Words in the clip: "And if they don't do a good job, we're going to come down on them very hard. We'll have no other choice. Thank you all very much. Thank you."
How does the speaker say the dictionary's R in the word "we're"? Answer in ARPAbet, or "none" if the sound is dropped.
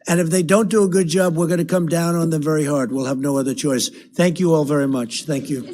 R